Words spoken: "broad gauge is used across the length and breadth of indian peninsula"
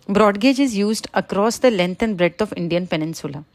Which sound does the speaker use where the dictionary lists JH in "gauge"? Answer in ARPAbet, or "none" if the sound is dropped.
JH